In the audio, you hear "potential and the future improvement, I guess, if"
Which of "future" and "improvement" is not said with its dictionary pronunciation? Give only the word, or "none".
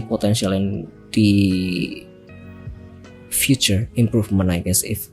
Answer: improvement